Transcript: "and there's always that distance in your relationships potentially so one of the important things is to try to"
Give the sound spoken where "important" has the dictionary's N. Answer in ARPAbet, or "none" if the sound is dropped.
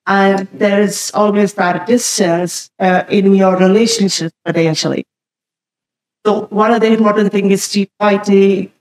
none